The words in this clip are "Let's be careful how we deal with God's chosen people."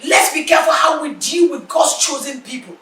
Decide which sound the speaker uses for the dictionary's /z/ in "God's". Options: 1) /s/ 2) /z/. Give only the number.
1